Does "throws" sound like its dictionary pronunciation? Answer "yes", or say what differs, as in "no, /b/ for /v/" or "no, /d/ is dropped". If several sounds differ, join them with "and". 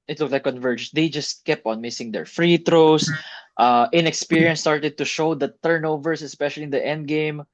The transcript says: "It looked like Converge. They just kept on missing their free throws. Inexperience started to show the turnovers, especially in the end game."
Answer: no, /t/ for /θ/